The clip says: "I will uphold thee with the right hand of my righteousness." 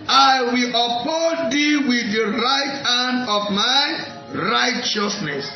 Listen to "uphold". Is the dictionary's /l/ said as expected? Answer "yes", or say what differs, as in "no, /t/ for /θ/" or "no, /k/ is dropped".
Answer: no, /l/ is dropped